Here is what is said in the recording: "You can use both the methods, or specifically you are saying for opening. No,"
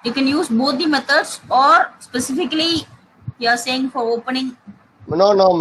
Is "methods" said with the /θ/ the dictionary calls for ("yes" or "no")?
no